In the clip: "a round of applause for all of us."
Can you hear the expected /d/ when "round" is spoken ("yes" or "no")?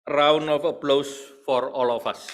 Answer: no